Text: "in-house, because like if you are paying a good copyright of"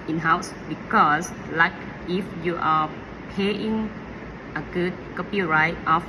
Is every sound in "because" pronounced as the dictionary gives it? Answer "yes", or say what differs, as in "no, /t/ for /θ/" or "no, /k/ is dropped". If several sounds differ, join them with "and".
no, /s/ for /z/